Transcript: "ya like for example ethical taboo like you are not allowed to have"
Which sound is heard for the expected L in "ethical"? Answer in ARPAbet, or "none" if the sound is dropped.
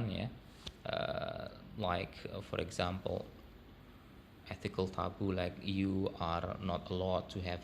L